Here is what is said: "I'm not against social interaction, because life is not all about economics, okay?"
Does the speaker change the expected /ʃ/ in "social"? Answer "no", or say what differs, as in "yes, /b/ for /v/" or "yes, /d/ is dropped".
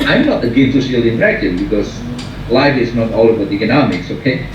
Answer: yes, /ʃ/ is dropped